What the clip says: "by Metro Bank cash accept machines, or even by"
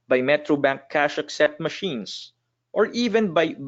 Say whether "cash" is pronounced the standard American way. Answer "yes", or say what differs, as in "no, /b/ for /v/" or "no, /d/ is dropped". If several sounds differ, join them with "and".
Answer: yes